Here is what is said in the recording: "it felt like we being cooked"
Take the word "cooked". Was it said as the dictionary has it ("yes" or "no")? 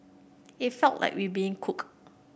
no